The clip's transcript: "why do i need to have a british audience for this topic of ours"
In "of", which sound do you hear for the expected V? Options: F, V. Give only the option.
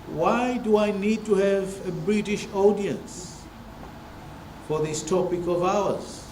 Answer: V